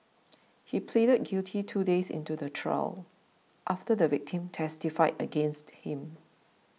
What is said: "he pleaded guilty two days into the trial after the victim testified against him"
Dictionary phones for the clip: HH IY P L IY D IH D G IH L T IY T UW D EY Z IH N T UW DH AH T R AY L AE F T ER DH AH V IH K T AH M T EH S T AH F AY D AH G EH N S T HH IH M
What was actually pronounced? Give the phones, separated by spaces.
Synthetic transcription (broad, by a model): HH IY P L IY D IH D G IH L T IY T UW D EY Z IH N T UW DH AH T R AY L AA F T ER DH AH V IH K T AH M T EH S T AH F AY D AH G EH N S T HH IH M